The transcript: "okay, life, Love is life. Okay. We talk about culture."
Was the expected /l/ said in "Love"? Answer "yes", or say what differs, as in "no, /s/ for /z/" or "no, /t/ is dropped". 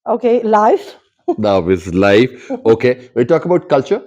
no, /n/ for /l/